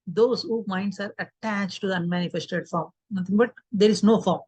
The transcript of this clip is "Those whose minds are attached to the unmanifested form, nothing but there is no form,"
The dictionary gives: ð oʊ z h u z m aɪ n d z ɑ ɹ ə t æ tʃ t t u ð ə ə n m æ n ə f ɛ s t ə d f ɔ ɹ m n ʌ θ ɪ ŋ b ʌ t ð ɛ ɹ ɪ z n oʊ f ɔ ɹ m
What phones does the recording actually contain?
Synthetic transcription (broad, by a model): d oʊ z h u m aɪ n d s ɑ ɹ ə t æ tʃ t t u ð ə ə n m æ n ə f ɛ s t ə d f ɔ ɹ m n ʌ t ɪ ŋ b ʌ t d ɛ ɹ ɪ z n oʊ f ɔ ɹ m